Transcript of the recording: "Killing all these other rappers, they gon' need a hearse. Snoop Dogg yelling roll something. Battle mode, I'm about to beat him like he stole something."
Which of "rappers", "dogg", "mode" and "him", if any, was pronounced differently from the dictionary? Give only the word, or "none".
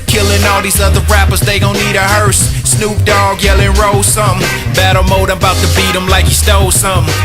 mode